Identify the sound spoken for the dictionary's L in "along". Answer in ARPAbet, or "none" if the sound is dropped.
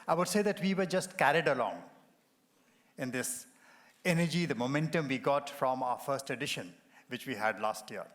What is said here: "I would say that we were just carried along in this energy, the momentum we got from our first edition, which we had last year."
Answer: L